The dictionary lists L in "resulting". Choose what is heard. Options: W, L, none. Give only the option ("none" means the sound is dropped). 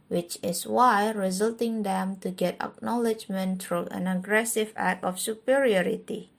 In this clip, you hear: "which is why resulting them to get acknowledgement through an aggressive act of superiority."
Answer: L